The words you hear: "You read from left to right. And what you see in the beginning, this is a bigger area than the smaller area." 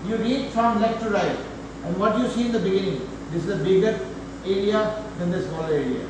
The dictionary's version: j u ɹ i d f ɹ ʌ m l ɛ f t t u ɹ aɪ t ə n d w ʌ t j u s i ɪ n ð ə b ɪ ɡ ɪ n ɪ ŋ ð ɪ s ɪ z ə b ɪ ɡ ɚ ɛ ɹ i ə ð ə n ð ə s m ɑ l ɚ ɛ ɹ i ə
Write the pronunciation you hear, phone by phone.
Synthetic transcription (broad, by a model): j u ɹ i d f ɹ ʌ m n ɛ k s t u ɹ aɪ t ə n d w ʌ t j u s i ɪ n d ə b ɪ ɡ ɪ n ɪ ŋ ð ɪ s ɪ z ə b ɪ ɡ ɚ ɛ ɹ i ə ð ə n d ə s m ɑ l ɚ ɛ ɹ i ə